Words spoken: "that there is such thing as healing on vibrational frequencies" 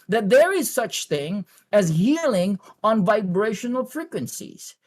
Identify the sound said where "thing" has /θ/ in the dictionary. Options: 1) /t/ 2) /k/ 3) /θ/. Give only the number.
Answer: 3